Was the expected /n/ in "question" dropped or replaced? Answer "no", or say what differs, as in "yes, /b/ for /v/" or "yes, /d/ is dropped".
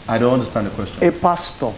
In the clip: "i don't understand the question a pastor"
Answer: yes, /n/ is dropped